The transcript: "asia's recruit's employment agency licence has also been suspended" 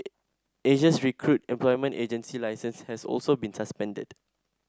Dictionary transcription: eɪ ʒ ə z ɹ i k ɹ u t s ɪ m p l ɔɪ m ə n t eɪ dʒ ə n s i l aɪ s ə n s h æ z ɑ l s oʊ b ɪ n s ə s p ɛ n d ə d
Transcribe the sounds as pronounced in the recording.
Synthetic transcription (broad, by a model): eɪ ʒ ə s ɹ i k ɹ u t ɪ m p l ɔɪ m ə n t eɪ dʒ ə n s i l aɪ s ə n s h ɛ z ɑ l s oʊ b ɪ n s ə s p ɛ n d ə d